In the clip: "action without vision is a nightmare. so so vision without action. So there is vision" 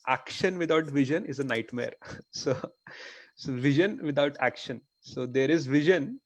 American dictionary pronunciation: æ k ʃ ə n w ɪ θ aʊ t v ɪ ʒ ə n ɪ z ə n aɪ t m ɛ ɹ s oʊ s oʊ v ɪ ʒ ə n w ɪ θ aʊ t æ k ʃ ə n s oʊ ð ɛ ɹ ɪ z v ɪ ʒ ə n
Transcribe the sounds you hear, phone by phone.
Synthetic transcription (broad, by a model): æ k ʃ ə n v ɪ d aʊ t v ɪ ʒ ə n ɪ z ə n aɪ t m ɛ ɹ s oʊ s oʊ v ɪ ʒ ə n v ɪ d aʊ t æ k ʃ ə n s oʊ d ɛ ɹ ɪ z v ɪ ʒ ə n